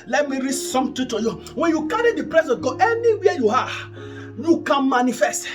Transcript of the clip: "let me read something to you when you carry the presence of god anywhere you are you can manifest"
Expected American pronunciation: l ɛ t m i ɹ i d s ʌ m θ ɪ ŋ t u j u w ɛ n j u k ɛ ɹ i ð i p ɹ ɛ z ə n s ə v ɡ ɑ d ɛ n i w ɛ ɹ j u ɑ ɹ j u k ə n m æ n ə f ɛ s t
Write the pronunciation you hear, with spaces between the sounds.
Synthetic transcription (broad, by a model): l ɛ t m i ɹ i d s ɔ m t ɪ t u j u w ɛ n j u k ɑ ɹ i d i p ɹ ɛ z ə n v ɡ ɑ d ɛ n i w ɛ j u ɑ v j u k ə n m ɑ n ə f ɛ s t